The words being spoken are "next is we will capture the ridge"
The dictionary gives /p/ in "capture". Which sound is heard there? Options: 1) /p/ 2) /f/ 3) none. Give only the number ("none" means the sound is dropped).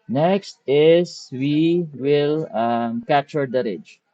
3